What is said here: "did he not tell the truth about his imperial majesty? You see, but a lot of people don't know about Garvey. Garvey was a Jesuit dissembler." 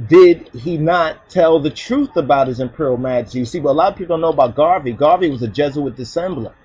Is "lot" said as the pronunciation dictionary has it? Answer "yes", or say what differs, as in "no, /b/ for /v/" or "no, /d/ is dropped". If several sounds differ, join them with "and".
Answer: yes